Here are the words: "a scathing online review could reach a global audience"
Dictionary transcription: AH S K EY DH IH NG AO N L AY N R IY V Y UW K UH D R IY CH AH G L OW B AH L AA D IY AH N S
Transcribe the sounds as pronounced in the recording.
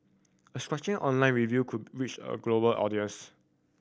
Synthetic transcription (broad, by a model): AH S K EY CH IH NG AO N L AY N R IY V Y UW K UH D R IY CH AH G L OW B AH L AA D IY AH N S